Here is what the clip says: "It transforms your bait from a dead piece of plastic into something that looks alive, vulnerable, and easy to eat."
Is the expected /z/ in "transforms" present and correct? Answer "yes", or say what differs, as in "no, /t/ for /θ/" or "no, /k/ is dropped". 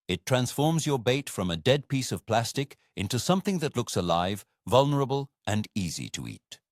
yes